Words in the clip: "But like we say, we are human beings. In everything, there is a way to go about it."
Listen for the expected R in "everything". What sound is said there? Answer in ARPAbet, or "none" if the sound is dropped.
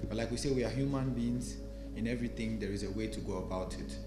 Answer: R